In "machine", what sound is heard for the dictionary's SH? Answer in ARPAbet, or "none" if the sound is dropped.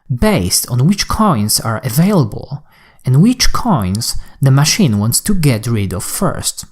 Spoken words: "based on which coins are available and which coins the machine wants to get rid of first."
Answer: SH